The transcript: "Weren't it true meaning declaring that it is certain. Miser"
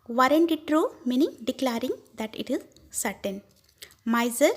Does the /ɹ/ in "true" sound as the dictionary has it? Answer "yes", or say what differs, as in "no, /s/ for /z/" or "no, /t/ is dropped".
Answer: yes